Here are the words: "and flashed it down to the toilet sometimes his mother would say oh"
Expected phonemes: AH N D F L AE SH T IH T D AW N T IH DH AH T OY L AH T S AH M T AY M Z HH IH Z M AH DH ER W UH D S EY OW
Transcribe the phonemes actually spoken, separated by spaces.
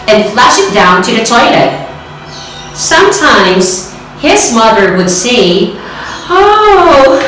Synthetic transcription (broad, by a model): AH N F L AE SH IH T D AW N T IH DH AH T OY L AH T S AH M T AY M Z HH IH Z M AH DH ER W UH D S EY OW